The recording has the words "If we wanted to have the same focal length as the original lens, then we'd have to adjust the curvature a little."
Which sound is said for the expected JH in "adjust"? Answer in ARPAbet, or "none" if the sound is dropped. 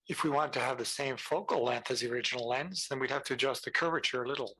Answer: JH